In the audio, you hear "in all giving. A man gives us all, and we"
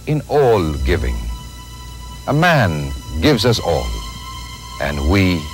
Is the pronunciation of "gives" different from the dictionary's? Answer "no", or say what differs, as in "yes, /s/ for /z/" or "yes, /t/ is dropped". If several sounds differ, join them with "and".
no